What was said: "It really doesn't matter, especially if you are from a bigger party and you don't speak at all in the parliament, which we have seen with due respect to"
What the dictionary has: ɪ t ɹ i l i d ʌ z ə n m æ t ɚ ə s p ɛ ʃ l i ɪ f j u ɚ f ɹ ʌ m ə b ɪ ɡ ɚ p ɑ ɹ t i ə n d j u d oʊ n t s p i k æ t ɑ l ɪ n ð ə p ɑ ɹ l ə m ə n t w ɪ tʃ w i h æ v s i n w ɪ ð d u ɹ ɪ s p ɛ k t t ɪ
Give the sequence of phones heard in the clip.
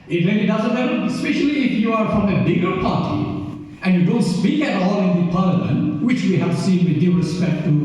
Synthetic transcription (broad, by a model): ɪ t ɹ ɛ n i d ʌ z ə n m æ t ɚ ə s p ɛ ʃ l i ɪ f j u ɚ f ɹ ʌ m ə b ɪ ɡ ɚ p ɑ ɹ t i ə n j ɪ d oʊ n t s p i k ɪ t ɑ l ɪ n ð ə p ɑ ɹ l ə m ə n t w ɪ tʃ w i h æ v s i n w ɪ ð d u ɹ ɪ s p ɛ k t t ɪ